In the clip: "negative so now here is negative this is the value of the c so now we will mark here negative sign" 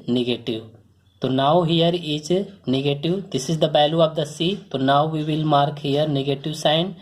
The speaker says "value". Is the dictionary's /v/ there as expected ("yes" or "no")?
no